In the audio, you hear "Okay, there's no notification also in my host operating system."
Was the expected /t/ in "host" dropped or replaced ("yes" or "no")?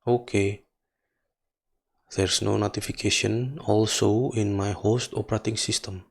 no